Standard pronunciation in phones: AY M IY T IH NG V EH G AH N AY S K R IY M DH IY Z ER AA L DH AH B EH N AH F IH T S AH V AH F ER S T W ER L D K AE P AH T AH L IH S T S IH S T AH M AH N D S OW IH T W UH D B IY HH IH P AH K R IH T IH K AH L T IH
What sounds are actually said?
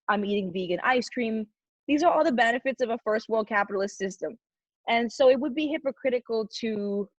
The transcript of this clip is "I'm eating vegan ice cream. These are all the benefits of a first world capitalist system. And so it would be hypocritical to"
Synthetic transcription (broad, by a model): AY M IY T IH NG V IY G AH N AY S K R IY M DH IY Z ER AA L DH AH B EH N AH F IH T S AH V AH F ER S T W ER L D K AE P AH T L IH S T S IH S T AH M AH N S OW IH T W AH D B IY HH IH P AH K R IH T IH K L T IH